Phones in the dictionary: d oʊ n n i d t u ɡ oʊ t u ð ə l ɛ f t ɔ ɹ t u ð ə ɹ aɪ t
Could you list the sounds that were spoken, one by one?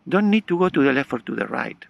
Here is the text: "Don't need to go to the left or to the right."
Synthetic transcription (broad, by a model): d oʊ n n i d t u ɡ oʊ t u ð ə l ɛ f ɔ ɹ t u ð ə ɹ aɪ t